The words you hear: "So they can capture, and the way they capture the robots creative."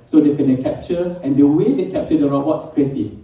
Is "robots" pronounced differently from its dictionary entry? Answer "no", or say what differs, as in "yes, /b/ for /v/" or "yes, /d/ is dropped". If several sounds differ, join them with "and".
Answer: yes, /b/ is dropped